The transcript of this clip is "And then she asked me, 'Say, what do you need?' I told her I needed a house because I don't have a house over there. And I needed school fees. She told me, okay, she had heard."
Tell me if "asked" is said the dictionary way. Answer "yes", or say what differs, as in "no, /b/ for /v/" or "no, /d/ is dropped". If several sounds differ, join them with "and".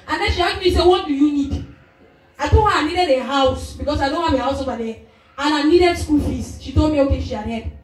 no, /s/ is dropped